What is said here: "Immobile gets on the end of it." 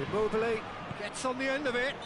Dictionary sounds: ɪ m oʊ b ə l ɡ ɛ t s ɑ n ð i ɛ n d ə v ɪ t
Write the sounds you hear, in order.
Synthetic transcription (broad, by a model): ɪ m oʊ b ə l ɡ ɛ t s n ð i ɛ n d ə v ɪ t